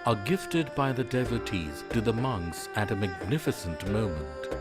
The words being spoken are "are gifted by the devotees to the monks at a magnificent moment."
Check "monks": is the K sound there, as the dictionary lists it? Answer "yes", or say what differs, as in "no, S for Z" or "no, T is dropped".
yes